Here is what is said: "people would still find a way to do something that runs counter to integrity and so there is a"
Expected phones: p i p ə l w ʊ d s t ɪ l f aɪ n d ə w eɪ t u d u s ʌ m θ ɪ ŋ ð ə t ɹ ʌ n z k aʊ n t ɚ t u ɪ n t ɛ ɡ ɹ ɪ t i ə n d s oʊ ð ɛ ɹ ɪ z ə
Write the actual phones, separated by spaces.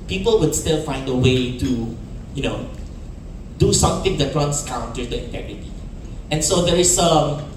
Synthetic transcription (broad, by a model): p i p ə l w ʊ d s t ɪ l f aɪ n d ə w eɪ t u d u s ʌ m t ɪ ŋ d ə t w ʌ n s k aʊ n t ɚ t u ɪ n t ɛ ɡ ɹ ɪ t i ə n s oʊ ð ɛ ɹ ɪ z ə